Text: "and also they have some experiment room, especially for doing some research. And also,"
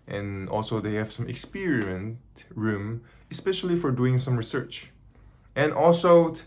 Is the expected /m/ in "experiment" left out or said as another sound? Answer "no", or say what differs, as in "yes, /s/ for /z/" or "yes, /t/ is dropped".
yes, /m/ is dropped